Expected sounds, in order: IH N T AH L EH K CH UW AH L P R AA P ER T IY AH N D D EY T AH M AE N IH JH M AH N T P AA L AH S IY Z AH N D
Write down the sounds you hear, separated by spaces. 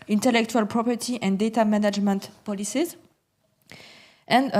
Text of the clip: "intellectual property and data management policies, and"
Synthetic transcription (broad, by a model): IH N T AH L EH K CH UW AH L P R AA P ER T IY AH N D D EY T AH M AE N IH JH M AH N T P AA L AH S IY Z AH N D